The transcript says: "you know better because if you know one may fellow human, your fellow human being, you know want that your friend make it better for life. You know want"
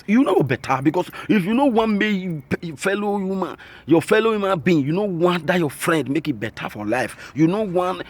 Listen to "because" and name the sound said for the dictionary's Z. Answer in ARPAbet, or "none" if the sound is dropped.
S